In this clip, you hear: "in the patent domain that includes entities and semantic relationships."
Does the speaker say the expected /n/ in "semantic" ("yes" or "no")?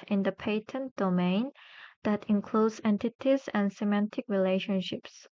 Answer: yes